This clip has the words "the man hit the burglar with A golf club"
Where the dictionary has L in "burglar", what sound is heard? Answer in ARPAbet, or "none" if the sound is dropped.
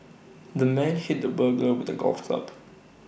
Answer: none